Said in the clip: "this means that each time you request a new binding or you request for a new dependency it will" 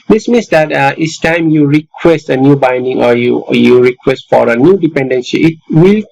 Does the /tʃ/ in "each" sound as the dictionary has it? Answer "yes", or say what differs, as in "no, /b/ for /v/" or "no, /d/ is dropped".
no, /s/ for /tʃ/